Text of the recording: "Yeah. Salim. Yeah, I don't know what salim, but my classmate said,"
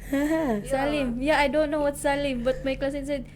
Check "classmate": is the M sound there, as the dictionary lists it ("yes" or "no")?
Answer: no